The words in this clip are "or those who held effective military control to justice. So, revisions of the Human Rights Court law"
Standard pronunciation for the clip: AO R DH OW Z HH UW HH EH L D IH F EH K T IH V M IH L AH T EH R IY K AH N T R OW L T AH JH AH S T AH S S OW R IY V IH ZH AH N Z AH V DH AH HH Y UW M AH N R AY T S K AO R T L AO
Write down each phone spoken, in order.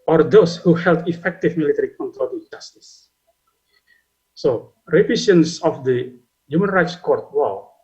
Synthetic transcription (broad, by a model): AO R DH OW S HH UW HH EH L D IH F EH K T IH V M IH L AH T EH R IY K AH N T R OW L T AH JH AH S T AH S S OW R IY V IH S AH N S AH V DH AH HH Y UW M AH N R AY T S K AO R T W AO